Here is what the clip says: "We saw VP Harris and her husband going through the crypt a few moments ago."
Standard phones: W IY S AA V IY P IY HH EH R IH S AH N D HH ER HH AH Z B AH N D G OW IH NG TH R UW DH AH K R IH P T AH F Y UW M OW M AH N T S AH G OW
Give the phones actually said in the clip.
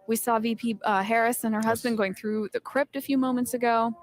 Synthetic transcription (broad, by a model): W IY S AA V IY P IY HH EH R IH S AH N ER HH AH Z B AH N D G OW IH NG TH R UW DH AH K R IH P T AH F Y UW M OW M AH N T S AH G OW